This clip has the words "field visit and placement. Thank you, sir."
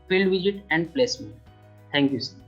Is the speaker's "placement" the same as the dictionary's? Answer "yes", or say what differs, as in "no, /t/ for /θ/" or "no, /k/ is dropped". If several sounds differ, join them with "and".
no, /n/ is dropped